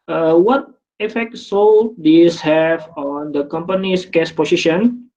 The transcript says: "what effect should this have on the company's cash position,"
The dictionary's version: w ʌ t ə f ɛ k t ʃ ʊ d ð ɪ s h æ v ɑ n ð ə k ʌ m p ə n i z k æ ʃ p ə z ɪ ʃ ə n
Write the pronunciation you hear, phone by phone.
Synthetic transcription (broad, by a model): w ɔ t ə f ɛ k t s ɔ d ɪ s h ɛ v ɑ n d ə k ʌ m p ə n i s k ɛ s p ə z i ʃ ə n